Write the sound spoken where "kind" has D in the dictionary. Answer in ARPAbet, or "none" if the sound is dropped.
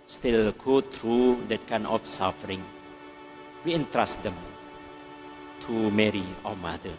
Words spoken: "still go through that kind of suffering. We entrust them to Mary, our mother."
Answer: none